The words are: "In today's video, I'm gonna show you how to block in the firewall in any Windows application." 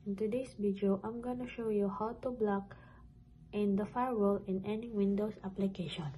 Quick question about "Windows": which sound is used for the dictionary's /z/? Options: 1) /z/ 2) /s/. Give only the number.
2